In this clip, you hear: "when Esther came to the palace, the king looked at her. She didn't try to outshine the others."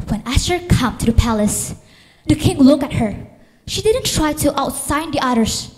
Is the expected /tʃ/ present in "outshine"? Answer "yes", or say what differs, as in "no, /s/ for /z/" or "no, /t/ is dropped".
no, /s/ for /tʃ/